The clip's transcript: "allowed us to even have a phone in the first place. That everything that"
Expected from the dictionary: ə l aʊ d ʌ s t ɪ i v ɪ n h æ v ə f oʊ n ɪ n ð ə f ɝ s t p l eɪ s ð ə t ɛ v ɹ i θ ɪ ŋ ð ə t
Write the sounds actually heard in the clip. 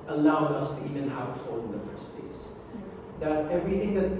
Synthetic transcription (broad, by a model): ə l aʊ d ʌ s t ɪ i v ɪ n h æ v ə f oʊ ɪ n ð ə f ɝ s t p l eɪ s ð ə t ɛ v ɹ i θ ɪ ŋ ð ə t